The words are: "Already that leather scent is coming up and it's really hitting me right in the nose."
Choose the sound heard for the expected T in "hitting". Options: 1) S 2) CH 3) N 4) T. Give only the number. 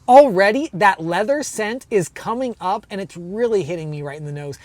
4